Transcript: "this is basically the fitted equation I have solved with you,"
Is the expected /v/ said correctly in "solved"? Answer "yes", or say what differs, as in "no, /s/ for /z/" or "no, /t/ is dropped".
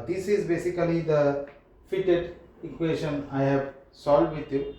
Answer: no, /v/ is dropped